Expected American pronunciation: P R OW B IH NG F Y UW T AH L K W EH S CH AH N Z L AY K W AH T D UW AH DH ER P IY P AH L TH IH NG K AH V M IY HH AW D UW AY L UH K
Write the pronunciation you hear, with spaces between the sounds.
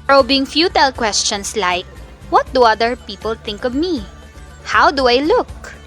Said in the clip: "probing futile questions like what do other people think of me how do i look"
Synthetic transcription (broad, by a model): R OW B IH NG F Y UW T AH L K W EH S CH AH N S L AY K W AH T D UW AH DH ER P IY P AH L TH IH NG K AH V M IY HH AW D UW AY L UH K